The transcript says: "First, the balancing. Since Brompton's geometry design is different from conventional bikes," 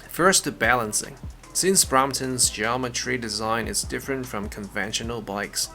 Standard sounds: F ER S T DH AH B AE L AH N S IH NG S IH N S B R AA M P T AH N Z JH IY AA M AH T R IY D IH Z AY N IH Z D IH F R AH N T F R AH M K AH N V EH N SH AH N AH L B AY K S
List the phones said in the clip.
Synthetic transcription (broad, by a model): F ER S T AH B AE L AH N S IH NG S IH N S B R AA M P T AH N Z JH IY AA M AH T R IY D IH Z AY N IH Z D IH F R AH N T F R AH M K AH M V EH N SH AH N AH L B AY K S